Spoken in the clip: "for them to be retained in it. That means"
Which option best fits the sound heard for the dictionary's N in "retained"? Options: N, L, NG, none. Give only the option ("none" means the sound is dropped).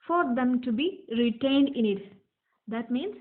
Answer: N